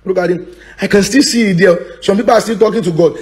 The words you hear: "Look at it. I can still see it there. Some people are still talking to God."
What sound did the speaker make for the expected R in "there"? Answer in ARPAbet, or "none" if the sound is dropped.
L